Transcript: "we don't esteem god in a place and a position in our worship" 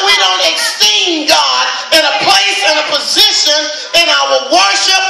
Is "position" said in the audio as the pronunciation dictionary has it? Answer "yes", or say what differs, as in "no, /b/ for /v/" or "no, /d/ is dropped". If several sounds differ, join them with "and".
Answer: yes